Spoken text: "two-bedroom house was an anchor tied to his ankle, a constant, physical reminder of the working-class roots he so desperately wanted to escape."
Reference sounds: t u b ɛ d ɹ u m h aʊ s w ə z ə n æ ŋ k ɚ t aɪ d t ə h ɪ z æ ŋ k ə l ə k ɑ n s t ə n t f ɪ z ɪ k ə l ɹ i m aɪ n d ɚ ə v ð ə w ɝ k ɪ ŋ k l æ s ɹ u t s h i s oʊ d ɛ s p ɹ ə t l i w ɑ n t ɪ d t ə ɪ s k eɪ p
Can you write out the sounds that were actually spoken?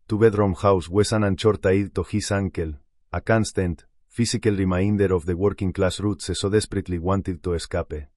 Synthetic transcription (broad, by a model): t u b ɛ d ɹ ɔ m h aʊ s w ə s ə n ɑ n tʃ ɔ t aɪ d t ə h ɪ s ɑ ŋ k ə l ə k ɑ n s t ə n t f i s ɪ k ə l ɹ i m aɪ n d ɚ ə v ð ə w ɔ k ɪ ŋ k l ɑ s ɹ u t s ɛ s oʊ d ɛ s p ɹ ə t l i w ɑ n t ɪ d t ə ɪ s k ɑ p